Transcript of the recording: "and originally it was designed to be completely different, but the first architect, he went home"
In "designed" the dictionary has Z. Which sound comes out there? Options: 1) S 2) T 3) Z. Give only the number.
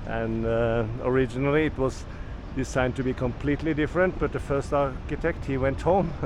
1